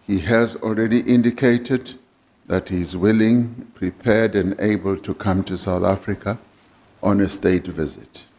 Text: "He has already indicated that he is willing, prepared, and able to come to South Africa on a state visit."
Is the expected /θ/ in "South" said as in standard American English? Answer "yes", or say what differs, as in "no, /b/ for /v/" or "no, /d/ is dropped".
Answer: yes